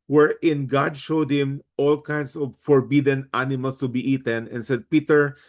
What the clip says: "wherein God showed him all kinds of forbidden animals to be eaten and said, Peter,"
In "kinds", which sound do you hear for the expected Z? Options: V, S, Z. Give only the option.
S